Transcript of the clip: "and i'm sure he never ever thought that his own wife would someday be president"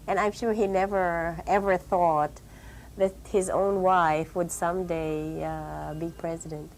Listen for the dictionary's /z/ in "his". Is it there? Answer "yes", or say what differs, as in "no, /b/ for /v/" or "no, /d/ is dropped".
yes